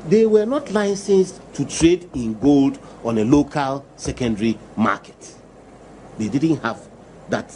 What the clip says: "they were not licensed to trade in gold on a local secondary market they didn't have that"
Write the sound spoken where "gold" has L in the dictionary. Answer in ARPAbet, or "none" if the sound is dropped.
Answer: L